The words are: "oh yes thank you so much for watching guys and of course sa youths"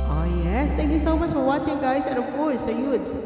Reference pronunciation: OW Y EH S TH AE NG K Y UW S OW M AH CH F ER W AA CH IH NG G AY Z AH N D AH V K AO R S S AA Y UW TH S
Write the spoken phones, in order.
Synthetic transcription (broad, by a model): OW Y EH S T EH NG K Y UW S OW M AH CH F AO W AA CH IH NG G AY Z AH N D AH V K AO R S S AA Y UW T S